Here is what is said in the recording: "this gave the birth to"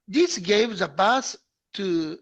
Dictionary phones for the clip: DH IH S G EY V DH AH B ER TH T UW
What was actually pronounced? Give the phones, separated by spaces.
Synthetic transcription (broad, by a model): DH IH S G EY V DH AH B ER S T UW